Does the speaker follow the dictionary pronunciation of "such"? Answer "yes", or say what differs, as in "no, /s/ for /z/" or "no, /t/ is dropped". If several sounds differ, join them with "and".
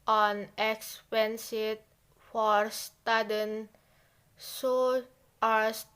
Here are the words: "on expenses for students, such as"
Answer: no, /tʃ/ is dropped